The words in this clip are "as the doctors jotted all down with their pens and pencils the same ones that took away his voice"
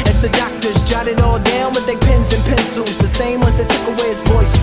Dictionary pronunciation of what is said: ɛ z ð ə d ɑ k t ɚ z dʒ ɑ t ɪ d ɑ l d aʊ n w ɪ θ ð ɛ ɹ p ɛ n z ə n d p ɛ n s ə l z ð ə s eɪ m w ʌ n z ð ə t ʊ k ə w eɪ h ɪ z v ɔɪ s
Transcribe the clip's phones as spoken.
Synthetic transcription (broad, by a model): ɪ z ð ə d ɑ k t ɚ z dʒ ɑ t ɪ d ɑ l d aʊ n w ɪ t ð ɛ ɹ p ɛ n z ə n p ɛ n s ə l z ð ə s eɪ m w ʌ z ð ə t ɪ k ə w eɪ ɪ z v ɔɪ s